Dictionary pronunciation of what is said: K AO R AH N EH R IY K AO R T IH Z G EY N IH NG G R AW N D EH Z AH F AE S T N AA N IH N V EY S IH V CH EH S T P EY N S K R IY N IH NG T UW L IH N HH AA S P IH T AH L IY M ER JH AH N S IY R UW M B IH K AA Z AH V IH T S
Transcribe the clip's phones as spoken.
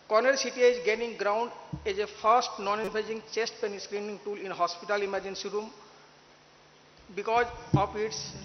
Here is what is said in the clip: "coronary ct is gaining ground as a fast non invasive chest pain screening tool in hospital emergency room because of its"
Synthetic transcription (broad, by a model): K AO R N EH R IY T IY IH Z G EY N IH NG G R AW N D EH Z AH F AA S T N AA N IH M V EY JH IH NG CH EH S T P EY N S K R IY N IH NG T UW L IH N HH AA S P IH T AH L IY M ER JH AH N S IY R UW M B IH K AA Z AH P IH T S